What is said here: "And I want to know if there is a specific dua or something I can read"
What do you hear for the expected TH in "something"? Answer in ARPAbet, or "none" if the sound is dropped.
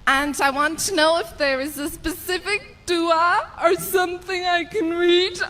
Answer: TH